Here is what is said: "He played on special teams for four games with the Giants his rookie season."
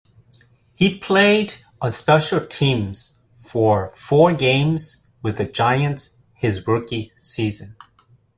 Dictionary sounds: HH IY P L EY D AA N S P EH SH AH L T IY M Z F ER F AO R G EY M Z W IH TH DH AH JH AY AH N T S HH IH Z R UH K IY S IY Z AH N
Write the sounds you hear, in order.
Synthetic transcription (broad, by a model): HH IY P L EY D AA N S P EH SH L T IY M Z F ER F AO R G EY M Z W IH DH AH JH AY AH N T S HH IH Z R UH K IY S IY Z AH N